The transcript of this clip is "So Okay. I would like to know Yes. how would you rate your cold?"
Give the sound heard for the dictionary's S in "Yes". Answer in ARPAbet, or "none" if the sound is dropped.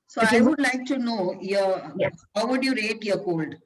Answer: none